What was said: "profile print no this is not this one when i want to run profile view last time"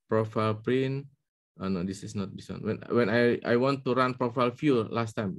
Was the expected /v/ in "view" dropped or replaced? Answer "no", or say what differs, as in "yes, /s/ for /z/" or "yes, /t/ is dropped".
yes, /f/ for /v/